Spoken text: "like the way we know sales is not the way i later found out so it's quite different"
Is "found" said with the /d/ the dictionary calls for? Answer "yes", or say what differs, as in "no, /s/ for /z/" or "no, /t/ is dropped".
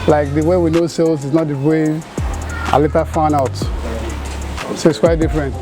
no, /d/ is dropped